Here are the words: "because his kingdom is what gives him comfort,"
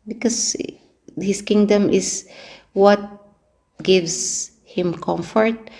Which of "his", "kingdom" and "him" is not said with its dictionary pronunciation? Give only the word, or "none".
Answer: his